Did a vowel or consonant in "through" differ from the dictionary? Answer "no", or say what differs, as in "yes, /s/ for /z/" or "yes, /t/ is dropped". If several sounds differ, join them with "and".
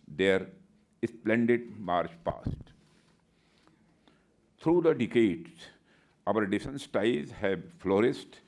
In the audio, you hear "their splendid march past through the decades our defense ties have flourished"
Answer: yes, /t/ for /θ/